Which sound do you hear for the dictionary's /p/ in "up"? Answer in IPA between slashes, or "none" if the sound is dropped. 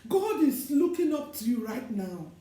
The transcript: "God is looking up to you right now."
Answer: /p/